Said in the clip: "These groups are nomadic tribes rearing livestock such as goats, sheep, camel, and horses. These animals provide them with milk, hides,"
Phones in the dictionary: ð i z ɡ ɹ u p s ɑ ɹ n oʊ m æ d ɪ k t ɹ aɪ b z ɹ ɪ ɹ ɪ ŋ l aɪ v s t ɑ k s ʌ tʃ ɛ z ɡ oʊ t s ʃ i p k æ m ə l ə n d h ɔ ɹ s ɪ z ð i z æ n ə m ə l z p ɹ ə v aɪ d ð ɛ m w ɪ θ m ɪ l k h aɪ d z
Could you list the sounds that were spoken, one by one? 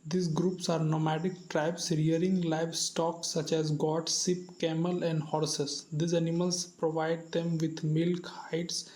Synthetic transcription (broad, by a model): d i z ɡ ɹ u p s ɑ ɹ n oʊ m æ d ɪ k t ɹ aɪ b s ɹ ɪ ɹ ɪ ŋ l aɪ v s t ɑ k s ʌ tʃ ɛ z ɡ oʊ t s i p k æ m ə l ə n d h ɔ ɹ s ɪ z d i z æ n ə m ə l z p ɹ ə v aɪ d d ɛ m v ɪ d m ɪ l k h aɪ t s